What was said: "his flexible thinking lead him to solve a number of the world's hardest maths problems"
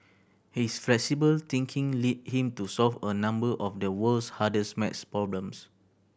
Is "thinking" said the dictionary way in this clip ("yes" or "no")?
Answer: no